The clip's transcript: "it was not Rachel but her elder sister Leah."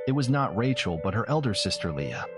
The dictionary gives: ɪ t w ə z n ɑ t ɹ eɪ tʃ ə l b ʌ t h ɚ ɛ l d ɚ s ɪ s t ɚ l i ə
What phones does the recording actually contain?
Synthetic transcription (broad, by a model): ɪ t w ə z n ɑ t ɹ eɪ tʃ l b ʌ t h ɚ ɛ l d ɚ s ɪ s t ɚ l i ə